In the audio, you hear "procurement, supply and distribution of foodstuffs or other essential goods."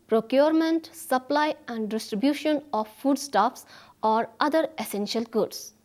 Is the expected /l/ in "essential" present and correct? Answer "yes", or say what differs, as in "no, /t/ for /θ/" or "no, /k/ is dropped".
yes